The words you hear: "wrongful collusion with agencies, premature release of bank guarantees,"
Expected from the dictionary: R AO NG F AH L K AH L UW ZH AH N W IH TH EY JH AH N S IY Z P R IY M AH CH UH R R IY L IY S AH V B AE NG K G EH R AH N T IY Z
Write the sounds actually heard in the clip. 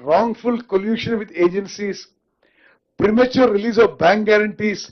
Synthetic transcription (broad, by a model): R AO NG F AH L K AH L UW SH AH N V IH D EY JH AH N S IY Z P R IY M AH CH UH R R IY L IY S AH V B AE NG K G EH R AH N T IY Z